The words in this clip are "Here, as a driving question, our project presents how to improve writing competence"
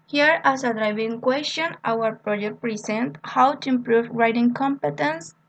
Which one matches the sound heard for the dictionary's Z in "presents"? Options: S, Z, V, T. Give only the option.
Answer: S